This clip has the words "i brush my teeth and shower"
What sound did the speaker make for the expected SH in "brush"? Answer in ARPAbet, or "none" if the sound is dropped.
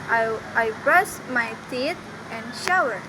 S